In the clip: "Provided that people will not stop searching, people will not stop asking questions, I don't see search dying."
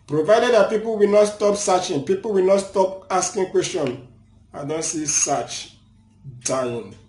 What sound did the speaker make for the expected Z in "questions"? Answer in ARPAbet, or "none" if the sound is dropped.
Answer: none